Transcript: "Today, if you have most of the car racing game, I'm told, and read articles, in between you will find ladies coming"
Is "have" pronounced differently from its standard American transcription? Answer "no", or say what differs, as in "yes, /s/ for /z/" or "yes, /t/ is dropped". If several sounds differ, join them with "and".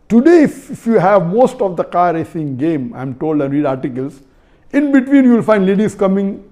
no